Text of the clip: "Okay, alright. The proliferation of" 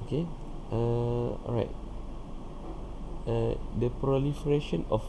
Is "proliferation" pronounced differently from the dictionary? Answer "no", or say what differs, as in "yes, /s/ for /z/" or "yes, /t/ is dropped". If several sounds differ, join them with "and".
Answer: no